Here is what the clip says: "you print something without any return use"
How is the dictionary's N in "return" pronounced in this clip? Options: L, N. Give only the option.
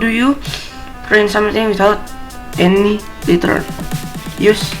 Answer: L